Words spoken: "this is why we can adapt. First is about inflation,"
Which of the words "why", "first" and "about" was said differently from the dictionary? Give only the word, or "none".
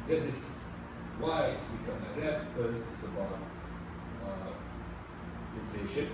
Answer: about